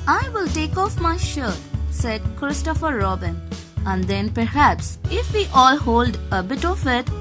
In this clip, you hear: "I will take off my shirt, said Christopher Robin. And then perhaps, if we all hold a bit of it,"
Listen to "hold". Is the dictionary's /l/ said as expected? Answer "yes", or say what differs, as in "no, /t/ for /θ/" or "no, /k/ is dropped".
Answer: yes